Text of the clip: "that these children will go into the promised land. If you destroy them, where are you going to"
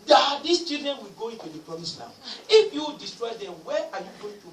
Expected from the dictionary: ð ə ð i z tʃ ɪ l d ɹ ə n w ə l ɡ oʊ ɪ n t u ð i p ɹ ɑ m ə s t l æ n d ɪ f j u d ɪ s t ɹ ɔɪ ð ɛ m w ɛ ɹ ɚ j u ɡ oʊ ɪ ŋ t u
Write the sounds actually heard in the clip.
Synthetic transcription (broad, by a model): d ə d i s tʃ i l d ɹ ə n w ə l ɡ oʊ ɪ n t u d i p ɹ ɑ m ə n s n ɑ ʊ ɪ f j u d ɪ s t ɹ ɔɪ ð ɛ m w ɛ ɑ j u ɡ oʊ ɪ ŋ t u